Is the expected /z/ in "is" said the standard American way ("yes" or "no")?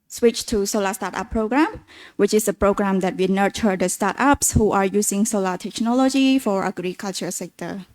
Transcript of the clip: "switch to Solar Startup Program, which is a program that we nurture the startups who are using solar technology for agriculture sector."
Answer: no